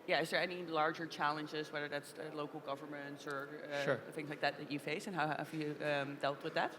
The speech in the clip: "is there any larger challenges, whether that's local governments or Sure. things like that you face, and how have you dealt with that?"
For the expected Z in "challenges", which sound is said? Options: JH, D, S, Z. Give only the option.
Z